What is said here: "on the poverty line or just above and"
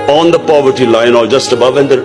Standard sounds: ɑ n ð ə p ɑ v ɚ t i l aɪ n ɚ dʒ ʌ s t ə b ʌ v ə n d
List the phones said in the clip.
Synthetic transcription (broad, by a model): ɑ n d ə p ɑ v ɚ t i l aɪ n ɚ dʒ ʌ s t ə b ʌ v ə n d